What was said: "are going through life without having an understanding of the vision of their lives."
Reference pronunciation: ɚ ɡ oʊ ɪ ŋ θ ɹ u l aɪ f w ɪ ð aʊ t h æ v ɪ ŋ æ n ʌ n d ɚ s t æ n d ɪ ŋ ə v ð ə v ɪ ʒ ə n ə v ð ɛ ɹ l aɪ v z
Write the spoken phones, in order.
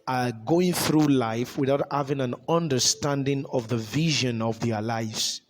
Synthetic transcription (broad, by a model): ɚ ɡ oʊ ɪ ŋ θ ɹ u l aɪ f w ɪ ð aʊ t h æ v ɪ ŋ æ n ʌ n d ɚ s t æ n d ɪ ŋ ə v ð ə v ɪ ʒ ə n ə v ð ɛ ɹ l aɪ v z